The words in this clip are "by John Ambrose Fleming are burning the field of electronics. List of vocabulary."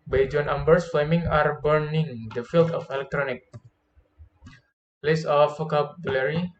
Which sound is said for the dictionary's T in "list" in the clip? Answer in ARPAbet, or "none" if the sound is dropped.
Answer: none